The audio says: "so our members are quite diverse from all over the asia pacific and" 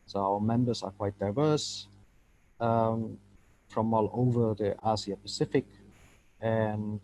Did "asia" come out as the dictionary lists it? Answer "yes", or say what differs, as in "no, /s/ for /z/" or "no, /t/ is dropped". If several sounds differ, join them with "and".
no, /s/ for /ʒ/